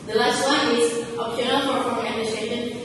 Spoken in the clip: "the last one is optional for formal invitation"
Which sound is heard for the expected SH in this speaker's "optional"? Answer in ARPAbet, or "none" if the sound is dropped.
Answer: none